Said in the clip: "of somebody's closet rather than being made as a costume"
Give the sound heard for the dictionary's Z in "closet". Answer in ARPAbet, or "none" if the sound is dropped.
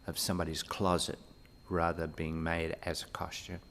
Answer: Z